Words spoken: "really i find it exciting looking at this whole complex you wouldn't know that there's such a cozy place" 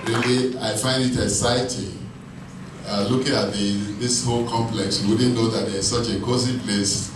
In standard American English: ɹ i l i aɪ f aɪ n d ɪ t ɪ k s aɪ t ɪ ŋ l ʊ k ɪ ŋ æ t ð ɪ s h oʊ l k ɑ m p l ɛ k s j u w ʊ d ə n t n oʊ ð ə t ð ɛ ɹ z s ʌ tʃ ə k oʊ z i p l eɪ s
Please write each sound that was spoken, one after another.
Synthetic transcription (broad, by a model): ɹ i l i aɪ f aɪ n d ɪ t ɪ s aɪ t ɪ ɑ l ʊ k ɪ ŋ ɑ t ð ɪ s h oʊ l k ɑ m p l ɛ k s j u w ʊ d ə n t n oʊ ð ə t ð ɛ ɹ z s ʌ tʃ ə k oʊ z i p l eɪ s